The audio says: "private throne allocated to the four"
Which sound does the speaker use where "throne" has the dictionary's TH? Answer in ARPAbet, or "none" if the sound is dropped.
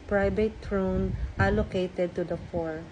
T